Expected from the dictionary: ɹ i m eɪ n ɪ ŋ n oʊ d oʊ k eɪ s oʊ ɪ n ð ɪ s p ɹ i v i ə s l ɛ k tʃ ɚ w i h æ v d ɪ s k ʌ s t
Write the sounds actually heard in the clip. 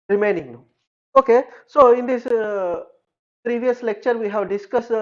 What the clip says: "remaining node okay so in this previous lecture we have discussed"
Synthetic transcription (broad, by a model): ɹ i m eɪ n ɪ ŋ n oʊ oʊ k eɪ s oʊ ɪ n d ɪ s p ɹ i v i ə s l ɛ k tʃ ɚ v i h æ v d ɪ s k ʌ s